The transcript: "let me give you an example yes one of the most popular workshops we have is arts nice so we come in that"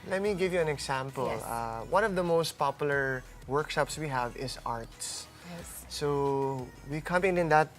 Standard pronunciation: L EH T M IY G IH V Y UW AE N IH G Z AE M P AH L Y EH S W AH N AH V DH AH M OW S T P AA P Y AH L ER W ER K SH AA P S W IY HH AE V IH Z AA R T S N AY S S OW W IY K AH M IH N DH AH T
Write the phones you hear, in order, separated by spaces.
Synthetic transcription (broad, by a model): L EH T M IY G IH V Y UW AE N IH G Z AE M P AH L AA W AH N AH V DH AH M OW S T P AA P Y AH L ER W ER K SH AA P S W IY HH AE V IH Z AA R T S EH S S OW W IY K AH M IH N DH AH T